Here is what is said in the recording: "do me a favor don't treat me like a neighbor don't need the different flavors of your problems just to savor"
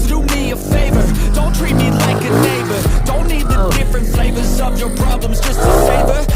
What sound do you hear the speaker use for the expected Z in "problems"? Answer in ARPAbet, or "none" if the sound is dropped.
Z